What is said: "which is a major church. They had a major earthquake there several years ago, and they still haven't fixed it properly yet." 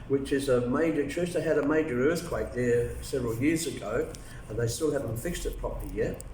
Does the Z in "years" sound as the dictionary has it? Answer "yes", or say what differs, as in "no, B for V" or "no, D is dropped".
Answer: yes